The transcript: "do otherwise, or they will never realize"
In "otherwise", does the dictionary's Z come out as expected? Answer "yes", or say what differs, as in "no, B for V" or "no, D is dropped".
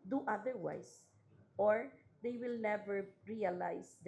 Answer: no, S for Z